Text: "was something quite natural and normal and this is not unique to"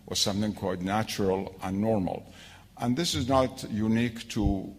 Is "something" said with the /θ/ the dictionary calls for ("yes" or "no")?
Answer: yes